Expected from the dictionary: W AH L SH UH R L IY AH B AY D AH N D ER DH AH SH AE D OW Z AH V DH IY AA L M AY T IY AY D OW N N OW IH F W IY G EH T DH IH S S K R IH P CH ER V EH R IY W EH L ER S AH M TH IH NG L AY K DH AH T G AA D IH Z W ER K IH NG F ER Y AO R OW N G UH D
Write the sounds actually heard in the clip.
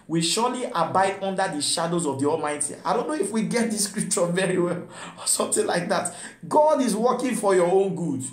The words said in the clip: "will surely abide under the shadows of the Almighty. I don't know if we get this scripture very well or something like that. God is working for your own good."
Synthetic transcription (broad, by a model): W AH SH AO L IY AH B AY D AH N D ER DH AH SH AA D OW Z AH V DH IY AA L M AY T IY AY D OW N N OW IH F W IY G EH T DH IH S S K R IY P CH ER V EH R IY W EH L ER S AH M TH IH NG L AY K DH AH T G AA D IH Z W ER K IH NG F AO Y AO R OW N G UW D